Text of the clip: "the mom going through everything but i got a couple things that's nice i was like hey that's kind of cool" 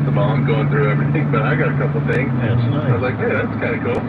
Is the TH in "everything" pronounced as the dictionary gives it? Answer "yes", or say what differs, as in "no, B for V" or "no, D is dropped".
yes